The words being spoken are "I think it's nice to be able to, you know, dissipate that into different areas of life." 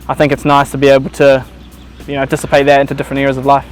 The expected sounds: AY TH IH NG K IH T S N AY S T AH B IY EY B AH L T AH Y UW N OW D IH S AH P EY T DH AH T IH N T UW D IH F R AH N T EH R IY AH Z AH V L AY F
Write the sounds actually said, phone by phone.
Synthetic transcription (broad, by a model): AY TH IH NG K IH T S N AY S T AH B IY EY B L T AH Y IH N OW D IH S AH P EY T DH AH T IH N T UW D IH F R AH N T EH R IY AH Z AH V L AY F